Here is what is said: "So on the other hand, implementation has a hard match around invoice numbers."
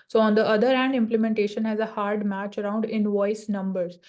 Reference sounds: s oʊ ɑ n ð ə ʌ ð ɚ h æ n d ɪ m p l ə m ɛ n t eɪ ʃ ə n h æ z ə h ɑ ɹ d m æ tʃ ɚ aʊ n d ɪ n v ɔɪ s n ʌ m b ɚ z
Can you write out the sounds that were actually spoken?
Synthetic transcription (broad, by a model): s oʊ ɑ n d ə ʌ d ɚ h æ n d ɪ m p l ə m ɛ n t eɪ ʃ ə n h æ z ə h ɑ ɹ d m æ tʃ ɚ aʊ n d ɪ n v ɔɪ s n ʌ m b ɚ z